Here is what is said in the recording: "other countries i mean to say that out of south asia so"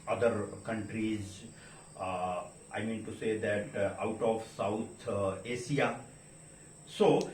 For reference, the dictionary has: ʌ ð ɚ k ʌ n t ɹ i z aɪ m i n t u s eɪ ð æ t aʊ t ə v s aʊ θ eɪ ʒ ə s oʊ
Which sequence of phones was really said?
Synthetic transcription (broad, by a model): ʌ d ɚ k ʌ n t ɹ i z aɪ m i n t u s eɪ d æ t aʊ t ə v s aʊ t eɪ ʃ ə s oʊ